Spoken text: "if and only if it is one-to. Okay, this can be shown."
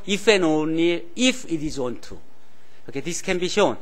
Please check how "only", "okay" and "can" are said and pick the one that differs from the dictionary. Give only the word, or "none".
only